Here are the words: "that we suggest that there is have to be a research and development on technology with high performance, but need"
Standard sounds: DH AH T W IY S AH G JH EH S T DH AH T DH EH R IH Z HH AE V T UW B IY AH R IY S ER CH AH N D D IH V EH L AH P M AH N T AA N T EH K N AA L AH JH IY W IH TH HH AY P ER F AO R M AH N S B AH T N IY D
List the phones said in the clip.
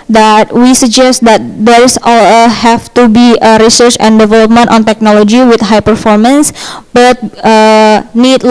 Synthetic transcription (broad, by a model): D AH T W IY S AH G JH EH S T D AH T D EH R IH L HH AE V T UW B IY AH R IY S ER CH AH N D D IH V EH L AH P M AH N T AA N T EH K N AA L AH JH IY W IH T HH AY P ER F AO R M AH N S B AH T N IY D